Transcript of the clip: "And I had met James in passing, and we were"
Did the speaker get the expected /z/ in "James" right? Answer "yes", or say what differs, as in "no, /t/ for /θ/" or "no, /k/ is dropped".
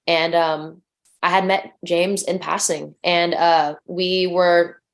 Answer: yes